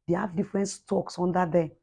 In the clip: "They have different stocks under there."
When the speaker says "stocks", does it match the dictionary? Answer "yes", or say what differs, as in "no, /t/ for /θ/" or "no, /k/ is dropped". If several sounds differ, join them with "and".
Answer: yes